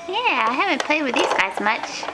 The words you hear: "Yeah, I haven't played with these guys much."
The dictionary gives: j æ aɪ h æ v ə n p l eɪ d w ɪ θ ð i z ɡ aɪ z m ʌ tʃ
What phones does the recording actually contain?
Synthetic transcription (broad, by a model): j æ aɪ h æ v ə n p l eɪ d w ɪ ð i z ɡ aɪ z m ʌ tʃ